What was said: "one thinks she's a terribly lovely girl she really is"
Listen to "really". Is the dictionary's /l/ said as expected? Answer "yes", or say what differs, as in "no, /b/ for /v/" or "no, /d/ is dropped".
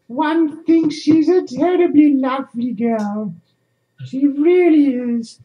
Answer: yes